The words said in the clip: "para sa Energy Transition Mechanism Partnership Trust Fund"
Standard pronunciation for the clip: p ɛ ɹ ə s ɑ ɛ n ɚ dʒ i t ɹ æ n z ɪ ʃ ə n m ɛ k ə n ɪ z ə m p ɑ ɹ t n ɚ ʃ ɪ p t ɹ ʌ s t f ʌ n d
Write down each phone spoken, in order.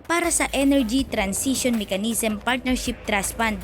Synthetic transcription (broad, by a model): p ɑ ɹ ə s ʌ ɛ n ɚ dʒ i t ɹ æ n s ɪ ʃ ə n m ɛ k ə n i s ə m p ɑ ɹ t n ɚ ʃ ɪ p t ɹ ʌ s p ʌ n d